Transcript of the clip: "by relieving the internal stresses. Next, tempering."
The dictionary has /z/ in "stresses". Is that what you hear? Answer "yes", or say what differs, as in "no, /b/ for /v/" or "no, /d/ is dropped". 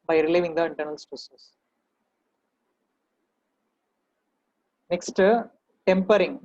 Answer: no, /s/ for /z/